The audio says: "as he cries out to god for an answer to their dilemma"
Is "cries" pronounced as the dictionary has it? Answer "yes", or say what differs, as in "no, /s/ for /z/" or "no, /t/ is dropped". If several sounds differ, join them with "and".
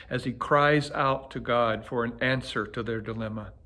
yes